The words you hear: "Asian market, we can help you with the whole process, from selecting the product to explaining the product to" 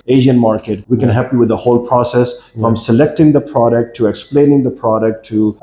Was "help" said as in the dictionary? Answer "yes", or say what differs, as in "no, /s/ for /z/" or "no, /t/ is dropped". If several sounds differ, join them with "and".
no, /l/ is dropped